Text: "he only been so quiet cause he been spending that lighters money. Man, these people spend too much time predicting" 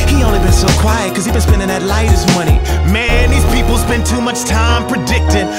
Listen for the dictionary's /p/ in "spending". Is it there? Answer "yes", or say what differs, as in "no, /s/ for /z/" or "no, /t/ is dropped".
no, /b/ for /p/